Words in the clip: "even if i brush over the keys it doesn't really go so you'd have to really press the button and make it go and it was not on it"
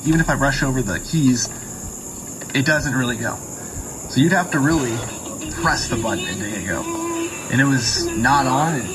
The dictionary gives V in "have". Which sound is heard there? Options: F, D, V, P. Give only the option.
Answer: F